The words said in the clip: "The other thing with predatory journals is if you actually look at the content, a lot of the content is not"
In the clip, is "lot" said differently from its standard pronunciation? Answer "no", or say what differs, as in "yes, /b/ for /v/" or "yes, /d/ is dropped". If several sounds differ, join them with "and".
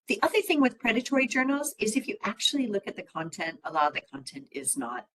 yes, /t/ is dropped